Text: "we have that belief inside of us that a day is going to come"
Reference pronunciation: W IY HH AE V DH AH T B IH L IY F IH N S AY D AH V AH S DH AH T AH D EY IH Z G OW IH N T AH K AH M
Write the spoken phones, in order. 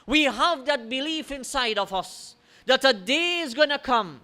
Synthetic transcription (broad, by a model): W IY HH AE V DH AH T B IH L IY F IH N S AY D AH V AH S DH AH T AH D EY IH Z G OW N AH K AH M